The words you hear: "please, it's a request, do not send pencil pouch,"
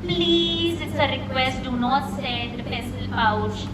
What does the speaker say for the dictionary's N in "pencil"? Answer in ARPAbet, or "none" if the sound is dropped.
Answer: none